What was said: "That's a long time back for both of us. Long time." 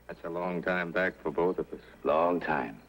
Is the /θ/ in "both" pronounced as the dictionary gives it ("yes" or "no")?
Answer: yes